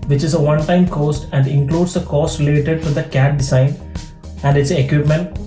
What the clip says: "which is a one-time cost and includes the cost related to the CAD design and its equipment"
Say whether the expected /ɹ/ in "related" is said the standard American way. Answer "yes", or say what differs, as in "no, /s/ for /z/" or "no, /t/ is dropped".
no, /l/ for /ɹ/